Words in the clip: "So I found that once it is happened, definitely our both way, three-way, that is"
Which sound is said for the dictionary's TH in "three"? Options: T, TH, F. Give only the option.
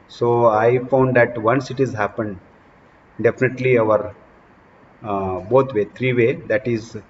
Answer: T